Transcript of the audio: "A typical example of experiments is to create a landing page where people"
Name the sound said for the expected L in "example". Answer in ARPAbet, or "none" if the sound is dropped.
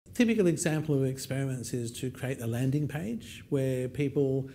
L